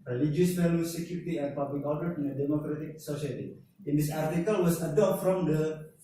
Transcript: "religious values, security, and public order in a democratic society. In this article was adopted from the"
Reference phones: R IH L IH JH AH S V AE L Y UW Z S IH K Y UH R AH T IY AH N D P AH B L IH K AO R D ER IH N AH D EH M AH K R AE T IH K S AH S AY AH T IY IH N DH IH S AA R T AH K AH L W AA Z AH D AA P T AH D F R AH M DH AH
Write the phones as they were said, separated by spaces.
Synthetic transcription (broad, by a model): R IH L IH JH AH S F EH L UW S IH K Y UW R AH T IY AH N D P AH B L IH K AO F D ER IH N AH D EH M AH K R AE T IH K S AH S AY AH T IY IH N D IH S AA R T AH K AH L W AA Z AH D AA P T F R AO M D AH